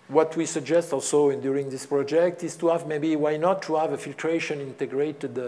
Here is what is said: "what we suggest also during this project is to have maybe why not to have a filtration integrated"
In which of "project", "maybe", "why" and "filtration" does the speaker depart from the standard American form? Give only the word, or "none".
none